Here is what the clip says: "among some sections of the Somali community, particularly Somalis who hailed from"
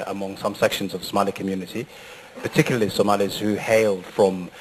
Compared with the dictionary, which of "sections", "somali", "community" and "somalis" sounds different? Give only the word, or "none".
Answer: none